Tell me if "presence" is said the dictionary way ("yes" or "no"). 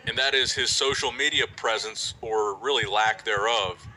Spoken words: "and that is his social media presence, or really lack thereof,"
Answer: yes